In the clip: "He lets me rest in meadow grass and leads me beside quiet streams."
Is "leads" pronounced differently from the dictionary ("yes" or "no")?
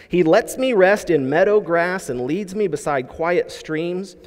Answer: no